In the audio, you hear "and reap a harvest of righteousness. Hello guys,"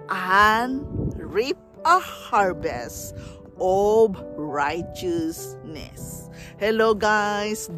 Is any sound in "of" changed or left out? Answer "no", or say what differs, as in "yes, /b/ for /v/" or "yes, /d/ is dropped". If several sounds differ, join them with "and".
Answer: yes, /b/ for /v/